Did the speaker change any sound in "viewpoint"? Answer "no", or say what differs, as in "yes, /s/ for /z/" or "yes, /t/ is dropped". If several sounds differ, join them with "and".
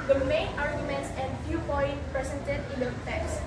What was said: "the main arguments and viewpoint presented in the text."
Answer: yes, /f/ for /v/